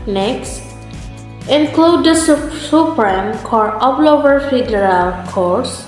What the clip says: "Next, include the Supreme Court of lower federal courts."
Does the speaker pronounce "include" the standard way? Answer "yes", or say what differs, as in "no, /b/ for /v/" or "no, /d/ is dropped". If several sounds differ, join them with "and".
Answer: yes